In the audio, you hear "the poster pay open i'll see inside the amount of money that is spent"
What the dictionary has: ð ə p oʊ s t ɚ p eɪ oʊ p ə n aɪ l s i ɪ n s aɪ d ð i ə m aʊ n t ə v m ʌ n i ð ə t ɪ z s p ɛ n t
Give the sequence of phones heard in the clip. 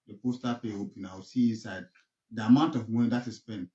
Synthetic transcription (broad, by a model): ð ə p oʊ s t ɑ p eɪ oʊ p ə n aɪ w s i ɪ n s aɪ d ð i ə m aʊ n t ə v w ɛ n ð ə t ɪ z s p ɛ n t